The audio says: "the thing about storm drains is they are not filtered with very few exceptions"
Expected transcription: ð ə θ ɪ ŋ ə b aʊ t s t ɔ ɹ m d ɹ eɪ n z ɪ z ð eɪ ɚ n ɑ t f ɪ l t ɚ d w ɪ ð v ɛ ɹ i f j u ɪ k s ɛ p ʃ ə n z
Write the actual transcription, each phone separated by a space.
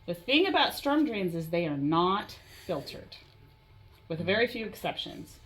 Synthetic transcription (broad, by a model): ð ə θ ɪ ŋ ə b aʊ t s t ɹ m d ɹ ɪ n z ɪ z ð eɪ ɚ n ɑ t f ɪ l t ɚ d w ɪ ð v ɛ ɹ i f j u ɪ k s ɛ p ʃ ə n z